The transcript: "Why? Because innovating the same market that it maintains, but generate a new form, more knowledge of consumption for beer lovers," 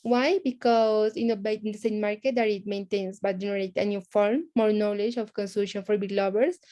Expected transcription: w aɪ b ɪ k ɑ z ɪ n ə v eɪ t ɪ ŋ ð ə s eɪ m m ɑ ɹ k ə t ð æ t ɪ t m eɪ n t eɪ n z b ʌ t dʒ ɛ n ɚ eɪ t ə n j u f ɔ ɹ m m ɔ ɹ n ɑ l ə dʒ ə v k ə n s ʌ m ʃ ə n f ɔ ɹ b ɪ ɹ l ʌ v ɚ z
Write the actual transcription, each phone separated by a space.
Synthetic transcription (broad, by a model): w aɪ b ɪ k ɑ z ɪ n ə b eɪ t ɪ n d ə s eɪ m m ɑ ɹ k ə t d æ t ɪ t m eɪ n t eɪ n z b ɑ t dʒ ɛ n ɚ eɪ t ə n j u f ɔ ɹ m m ɔ ɹ n ɑ l ə dʒ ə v k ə n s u ʃ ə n f ɔ ɹ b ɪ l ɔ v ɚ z